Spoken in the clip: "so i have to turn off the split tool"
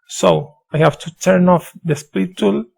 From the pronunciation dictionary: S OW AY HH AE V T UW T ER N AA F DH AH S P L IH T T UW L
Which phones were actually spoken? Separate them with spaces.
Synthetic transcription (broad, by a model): S OW AY HH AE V T UW T ER N AA F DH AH S P IH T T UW L